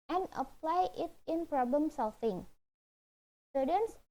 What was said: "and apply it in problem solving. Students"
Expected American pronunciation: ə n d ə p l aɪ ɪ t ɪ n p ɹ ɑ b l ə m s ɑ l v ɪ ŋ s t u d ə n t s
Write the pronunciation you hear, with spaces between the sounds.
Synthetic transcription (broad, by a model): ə n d ə p l aɪ ɪ t ɪ n p ɹ ɑ b l ə m s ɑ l f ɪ ŋ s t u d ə n s